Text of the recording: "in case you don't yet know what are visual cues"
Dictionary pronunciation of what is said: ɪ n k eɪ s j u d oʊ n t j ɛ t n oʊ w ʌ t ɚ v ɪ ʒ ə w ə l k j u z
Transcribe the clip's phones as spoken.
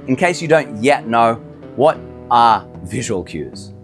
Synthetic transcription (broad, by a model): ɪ n k eɪ s j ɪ d oʊ n t j ɛ t n oʊ w ʌ t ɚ v ɪ ʒ ə w ə l k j u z